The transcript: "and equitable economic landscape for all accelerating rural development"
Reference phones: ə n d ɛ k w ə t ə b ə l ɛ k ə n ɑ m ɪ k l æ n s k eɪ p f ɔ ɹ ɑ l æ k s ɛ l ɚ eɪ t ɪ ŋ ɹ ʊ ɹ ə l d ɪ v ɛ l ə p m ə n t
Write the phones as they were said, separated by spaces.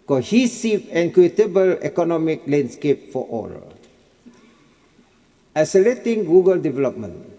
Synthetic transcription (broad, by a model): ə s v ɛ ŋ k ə t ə b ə l ɛ k ə n ɑ m ɪ k l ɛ n s k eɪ p f ɔ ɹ ɑ l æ s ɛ l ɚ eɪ t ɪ ŋ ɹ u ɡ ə l d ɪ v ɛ l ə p m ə n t